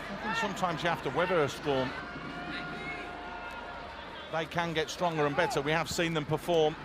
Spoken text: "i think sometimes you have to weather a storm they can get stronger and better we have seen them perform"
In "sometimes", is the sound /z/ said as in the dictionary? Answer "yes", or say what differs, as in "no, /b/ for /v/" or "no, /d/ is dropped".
yes